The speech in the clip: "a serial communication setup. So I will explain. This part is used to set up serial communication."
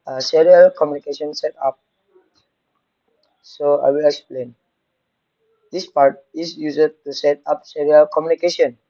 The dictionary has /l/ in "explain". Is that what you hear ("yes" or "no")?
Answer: yes